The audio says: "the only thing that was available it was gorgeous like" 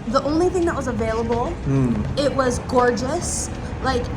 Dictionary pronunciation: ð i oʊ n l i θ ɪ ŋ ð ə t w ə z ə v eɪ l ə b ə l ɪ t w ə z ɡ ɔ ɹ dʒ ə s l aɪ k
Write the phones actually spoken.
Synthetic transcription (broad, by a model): ð i oʊ n l i θ ɪ ŋ ð ə t w ə z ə v eɪ l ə b l ɪ t w ə z ɡ ɔ ɹ dʒ ə s l aɪ k